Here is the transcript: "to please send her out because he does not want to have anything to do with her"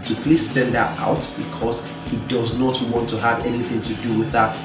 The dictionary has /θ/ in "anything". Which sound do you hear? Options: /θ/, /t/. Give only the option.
/θ/